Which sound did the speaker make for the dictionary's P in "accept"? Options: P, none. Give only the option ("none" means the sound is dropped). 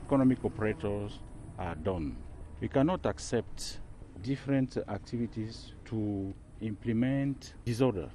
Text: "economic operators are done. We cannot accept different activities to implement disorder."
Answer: P